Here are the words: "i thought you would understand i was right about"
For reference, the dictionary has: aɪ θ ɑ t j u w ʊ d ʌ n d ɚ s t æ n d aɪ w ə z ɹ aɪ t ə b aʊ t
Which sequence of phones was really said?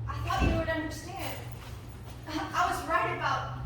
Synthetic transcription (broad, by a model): aɪ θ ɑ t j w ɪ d ʌ n d ɚ s t æ n d aɪ w ə z ɹ aɪ t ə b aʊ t